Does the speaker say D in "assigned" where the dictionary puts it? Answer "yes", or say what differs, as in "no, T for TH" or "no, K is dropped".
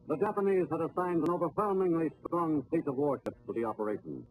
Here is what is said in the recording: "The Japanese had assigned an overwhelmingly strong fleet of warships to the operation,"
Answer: yes